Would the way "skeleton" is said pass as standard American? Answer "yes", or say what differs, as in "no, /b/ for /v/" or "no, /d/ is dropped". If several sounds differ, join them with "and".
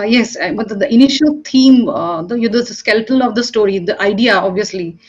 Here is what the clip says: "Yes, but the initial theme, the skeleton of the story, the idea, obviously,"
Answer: no, /l/ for /n/